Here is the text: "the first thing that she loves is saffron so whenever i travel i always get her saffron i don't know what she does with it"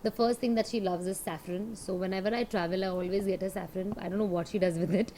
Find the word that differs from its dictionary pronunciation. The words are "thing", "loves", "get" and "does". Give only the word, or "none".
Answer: thing